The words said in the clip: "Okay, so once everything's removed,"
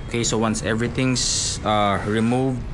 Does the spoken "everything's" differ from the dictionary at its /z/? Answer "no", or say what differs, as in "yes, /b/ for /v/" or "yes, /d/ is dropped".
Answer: yes, /s/ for /z/